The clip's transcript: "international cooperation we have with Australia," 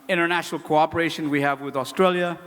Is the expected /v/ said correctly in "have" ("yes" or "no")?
yes